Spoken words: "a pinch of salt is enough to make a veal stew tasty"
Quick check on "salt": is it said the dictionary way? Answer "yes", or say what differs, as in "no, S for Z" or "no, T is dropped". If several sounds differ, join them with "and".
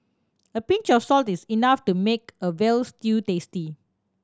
yes